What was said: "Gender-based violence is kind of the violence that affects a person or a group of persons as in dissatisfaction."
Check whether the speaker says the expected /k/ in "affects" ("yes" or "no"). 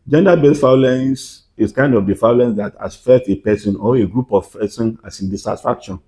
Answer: no